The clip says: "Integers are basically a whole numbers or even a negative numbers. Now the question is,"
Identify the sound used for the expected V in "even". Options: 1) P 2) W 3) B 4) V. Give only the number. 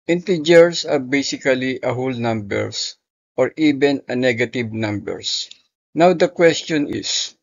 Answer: 3